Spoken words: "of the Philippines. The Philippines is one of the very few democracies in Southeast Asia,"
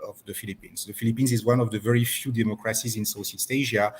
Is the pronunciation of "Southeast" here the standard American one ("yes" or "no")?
no